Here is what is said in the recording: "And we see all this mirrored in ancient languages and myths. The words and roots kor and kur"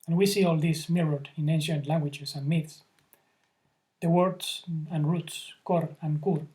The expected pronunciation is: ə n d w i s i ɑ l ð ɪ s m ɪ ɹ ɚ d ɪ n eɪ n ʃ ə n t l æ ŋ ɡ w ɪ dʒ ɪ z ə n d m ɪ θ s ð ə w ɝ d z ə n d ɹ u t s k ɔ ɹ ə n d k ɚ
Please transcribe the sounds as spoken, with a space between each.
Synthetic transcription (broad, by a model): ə n w i s i ɑ l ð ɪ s m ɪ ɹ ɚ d ɪ n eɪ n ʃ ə n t l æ ŋ ɡ w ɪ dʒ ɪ s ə n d m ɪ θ s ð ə w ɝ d s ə n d ɹ u t s k ɔ ɹ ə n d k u